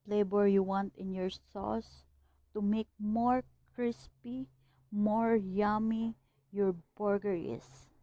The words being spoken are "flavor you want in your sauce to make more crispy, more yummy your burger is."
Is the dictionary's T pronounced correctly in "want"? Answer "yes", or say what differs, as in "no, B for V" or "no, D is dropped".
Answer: yes